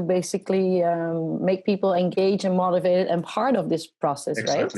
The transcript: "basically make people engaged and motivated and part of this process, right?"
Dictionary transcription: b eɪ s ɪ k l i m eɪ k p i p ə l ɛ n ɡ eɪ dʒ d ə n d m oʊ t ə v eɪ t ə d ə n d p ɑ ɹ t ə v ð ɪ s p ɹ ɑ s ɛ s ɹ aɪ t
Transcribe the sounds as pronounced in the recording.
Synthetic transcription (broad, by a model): b eɪ s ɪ k l i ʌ eɪ k p i p l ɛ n ɡ eɪ dʒ ə n m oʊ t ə v eɪ t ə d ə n p ɑ ɹ t ə v ð ɪ s p ɹ ɑ s ɛ s ɹ aɪ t